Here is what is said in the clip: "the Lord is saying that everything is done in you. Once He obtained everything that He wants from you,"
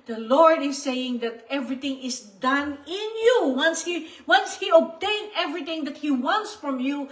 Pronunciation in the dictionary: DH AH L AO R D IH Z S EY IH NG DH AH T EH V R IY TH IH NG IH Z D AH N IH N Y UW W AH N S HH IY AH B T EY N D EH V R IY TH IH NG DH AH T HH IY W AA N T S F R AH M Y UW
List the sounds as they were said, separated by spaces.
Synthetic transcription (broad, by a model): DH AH L AO R D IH S EY IH NG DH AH T EH V R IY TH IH NG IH S D AH N IH N Y UW W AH N S HH IY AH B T EY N EH V R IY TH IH NG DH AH T HH IY W AA N T S F R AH M Y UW